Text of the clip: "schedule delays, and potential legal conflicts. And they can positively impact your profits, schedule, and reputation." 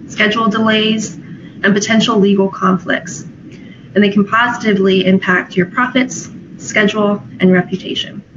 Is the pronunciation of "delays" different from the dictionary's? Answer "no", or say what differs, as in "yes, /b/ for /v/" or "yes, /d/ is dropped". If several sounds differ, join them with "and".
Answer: no